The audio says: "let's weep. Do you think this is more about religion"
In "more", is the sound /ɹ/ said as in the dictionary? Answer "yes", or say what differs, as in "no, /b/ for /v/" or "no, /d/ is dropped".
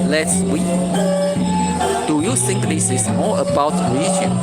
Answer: no, /l/ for /ɹ/